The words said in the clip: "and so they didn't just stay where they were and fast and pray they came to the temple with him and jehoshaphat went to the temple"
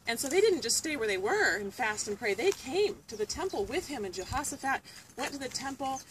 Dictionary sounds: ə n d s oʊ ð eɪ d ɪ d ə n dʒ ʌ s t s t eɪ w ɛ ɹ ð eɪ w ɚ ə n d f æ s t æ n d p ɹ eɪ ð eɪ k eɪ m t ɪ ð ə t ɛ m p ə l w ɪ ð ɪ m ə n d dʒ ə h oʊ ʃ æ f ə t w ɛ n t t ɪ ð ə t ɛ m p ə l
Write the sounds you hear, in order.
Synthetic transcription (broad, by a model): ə n s oʊ ð eɪ d ɪ d n dʒ ʌ s t s t eɪ w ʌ ɹ ð eɪ w ɚ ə n f æ s t n p ɹ eɪ ð eɪ k eɪ m t ɪ ð ə t ɛ m p l w ɪ ð ɪ m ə n dʒ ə h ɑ s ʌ f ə t w ɛ n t t ɪ ð ə t ɛ m p l